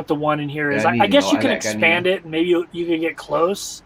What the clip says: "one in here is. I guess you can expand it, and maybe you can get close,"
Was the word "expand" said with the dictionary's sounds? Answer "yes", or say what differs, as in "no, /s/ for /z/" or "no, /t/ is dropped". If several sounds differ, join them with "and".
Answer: yes